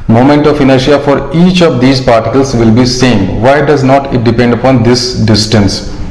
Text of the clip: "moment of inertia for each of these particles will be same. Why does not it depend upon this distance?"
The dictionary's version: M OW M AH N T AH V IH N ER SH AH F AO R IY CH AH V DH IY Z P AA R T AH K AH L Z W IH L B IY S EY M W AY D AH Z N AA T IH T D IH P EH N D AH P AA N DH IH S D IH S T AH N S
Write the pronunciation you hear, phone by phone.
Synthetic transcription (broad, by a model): M OW M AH N T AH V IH N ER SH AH F AO R IY CH AH V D IY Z P AA R T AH K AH L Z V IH L B IY S EY M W AY D AH Z N AA T IH T D IH P EH N D AH P AA N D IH S D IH S T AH N S